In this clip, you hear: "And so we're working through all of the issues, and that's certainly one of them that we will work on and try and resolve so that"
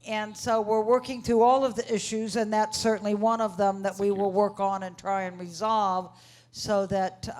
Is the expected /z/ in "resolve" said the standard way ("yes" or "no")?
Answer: yes